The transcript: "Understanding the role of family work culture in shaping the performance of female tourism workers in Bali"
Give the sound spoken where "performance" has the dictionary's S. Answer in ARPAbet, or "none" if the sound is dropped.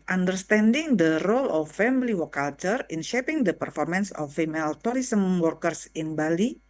S